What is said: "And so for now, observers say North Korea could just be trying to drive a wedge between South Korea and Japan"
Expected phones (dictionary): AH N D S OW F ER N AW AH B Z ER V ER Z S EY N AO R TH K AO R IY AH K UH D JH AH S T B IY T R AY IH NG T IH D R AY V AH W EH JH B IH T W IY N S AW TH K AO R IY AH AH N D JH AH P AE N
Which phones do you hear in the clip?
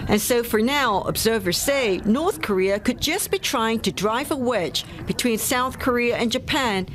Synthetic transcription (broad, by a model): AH N S OW F ER N AW AH B Z ER V ER Z S EY N AO R TH K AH R IY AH K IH D JH AH S B IY T R AY IH NG T IH D R AY V AH W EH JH B IH T W IY N S AW TH K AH R IY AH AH N JH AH P AE N